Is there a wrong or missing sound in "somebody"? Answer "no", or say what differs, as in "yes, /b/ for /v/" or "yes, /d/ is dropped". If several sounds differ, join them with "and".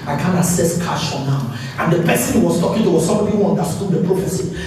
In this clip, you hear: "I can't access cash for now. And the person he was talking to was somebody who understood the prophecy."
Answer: yes, /b/ is dropped